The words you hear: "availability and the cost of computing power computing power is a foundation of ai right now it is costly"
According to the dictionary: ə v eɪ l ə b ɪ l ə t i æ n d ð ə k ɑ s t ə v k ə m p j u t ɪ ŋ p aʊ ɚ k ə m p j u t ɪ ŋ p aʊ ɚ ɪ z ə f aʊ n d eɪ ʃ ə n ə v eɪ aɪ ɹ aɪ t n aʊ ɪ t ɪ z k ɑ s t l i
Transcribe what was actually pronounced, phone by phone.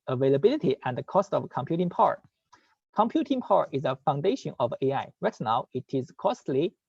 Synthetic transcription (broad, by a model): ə v eɪ l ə b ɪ l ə t i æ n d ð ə k ɑ s t ə v k ə m p j u t ɪ ŋ p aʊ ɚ k ə m p j u t ɪ ŋ p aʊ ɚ ɪ z ə f aʊ n d eɪ ʃ ə n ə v eɪ aɪ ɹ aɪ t n aʊ ɪ t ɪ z k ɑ s t l i